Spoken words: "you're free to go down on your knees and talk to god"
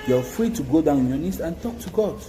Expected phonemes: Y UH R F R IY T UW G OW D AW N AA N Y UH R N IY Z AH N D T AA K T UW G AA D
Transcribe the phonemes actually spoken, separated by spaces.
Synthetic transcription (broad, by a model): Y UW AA F R IY T UW G OW D AW N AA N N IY S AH N T AA K T UW G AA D